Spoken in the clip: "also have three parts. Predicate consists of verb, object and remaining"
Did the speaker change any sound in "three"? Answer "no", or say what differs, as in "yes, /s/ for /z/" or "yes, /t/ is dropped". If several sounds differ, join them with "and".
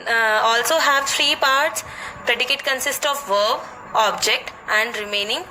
yes, /f/ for /θ/